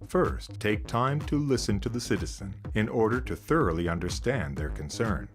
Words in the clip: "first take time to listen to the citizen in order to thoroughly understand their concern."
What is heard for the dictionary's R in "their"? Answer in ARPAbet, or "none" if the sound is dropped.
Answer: R